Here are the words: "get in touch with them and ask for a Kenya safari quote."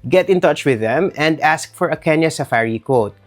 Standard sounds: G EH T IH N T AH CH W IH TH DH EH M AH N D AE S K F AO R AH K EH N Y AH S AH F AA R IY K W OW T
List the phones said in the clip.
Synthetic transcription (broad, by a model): G EH T IH N T AH CH W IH DH EH M AH N D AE S K F AO R AH K EH N Y AH S AH F AA R IY K OW T